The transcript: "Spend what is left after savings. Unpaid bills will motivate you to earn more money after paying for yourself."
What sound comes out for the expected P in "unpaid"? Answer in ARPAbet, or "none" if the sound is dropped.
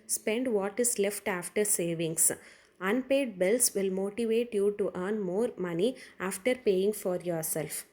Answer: P